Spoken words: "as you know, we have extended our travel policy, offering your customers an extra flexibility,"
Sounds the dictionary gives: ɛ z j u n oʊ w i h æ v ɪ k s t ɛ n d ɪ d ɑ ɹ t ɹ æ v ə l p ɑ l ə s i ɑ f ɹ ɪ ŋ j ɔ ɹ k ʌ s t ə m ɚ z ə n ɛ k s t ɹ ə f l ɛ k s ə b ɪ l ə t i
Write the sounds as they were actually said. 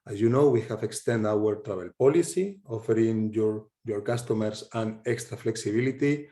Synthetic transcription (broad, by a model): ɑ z j u n oʊ w i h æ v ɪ k s t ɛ n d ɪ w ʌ ɹ t ɹ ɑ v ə l p ɑ l ə s i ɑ f ɹ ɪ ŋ j ɔ ɹ k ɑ s t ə m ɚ s ə n ɛ k s t ɹ ə f l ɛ k s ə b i l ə t i